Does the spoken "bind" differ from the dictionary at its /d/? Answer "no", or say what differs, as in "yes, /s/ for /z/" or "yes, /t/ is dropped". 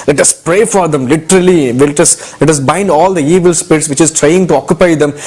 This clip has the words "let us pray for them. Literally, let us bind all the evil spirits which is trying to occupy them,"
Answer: no